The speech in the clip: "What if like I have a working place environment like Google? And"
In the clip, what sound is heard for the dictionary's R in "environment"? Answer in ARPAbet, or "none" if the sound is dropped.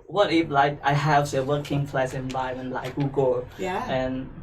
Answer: none